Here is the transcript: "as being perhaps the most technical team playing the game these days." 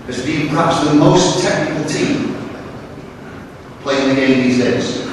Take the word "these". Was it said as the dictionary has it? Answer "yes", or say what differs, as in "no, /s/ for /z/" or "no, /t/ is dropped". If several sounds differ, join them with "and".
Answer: yes